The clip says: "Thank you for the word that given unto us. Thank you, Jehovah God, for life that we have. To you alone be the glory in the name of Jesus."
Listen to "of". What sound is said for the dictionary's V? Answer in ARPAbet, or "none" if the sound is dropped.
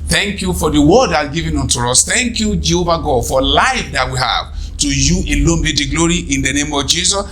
V